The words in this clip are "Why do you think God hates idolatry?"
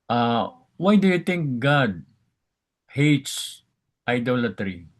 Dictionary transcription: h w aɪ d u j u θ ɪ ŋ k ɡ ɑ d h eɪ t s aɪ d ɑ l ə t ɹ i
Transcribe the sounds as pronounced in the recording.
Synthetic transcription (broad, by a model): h w aɪ d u j u t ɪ ŋ k ɡ ɑ d h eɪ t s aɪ d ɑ l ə t ɹ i